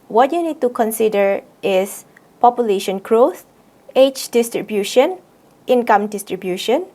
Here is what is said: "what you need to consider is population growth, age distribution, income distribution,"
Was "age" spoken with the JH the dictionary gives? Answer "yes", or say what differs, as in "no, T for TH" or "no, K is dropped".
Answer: no, CH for JH